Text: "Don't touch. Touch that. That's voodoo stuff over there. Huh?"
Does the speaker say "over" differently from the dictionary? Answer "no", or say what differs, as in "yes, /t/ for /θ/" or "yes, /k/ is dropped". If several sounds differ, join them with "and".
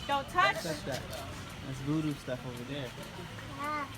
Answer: no